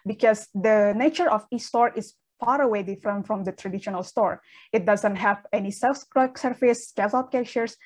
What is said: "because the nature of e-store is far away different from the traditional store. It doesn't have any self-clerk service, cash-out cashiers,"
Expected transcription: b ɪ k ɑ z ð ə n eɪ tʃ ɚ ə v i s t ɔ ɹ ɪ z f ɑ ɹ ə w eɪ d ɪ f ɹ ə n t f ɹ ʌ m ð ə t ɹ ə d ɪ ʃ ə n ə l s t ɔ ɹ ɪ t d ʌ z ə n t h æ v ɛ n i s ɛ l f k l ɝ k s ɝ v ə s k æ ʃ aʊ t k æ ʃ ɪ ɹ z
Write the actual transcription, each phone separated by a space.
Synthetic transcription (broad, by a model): b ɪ k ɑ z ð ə n eɪ tʃ ɚ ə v i s t ɔ ɹ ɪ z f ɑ ɹ ə w eɪ d ɪ f ɹ ə n t f ɹ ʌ m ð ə t ɹ ə d ɪ ʃ ə n ə l s t ɔ ɹ ɪ t d ʌ z ə n t h æ v ɛ n i s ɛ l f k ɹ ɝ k s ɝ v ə s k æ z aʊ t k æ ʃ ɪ ɹ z